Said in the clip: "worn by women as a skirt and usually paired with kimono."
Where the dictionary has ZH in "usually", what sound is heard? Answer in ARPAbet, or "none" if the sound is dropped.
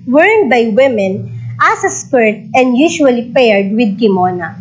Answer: SH